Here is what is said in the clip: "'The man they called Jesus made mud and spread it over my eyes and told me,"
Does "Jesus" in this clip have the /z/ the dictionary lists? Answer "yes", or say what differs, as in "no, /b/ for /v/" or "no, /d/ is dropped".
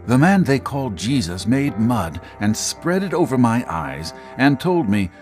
yes